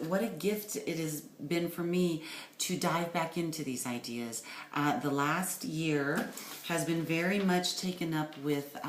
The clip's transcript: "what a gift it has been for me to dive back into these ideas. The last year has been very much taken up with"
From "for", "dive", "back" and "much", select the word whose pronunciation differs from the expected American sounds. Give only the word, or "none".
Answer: none